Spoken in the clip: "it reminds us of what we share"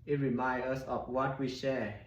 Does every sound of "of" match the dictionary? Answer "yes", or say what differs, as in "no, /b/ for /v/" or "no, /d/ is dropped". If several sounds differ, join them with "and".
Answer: no, /f/ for /v/